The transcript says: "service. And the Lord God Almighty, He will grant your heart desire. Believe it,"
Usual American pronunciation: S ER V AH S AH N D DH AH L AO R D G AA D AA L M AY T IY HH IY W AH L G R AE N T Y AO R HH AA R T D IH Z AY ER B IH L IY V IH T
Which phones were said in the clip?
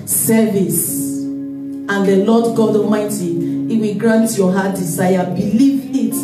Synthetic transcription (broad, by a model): S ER V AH S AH N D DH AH L AO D G AA D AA M AY T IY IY W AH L G R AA N T Y AO HH AA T D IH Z AY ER B IH L IY V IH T